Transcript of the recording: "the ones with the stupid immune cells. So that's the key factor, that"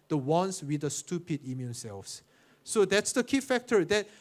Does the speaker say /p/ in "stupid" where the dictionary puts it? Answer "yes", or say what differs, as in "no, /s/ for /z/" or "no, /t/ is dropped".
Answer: yes